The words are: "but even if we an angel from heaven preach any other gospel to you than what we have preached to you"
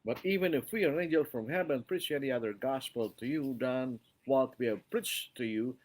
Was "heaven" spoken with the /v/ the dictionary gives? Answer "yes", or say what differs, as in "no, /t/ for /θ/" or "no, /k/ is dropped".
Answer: no, /b/ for /v/